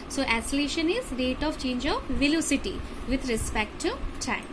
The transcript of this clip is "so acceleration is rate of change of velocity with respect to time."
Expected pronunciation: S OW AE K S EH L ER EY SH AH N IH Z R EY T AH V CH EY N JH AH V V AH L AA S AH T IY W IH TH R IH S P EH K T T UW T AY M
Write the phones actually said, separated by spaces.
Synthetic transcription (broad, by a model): S OW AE S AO L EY SH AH N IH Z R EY T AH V CH EY N JH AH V V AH L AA S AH T IY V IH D R IH S P EH K T T UW T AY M